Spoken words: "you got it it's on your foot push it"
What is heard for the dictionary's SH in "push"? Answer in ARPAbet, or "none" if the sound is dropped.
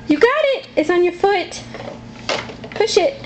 SH